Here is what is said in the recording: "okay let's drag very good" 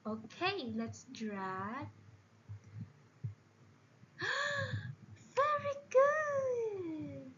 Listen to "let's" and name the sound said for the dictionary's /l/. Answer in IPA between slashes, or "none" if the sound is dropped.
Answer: /l/